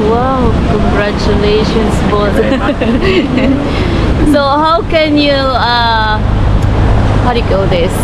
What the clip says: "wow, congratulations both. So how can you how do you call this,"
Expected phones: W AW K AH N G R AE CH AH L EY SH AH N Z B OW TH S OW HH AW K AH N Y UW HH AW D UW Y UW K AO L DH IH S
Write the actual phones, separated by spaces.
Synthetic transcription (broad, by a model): W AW K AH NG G R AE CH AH L EY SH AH N S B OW T S OW HH AW K AH N Y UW HH AW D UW Y UW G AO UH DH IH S